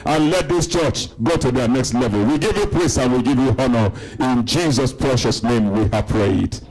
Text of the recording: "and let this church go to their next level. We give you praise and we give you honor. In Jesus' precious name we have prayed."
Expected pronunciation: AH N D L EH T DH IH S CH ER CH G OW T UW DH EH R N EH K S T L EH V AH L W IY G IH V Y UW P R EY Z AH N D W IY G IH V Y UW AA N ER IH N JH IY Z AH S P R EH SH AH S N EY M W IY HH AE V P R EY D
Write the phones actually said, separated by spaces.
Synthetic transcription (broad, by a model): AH N L EH T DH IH S CH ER CH G OW T UW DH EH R N EH K S T L EH V AH L W IY G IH V Y UW P L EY S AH N W IY G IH V Y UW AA N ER IH N JH IY Z AH S P R EH SH AH S N EY M W IY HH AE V P R EY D